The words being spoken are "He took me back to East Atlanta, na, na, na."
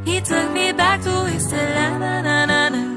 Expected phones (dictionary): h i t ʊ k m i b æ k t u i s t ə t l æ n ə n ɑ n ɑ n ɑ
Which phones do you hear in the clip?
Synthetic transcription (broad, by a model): h i t ʊ k m i b æ k t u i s ə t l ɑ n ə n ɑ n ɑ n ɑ